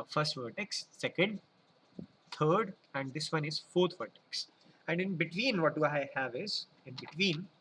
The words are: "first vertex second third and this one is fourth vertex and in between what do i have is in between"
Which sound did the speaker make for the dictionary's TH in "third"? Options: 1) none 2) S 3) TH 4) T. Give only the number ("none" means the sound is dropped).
4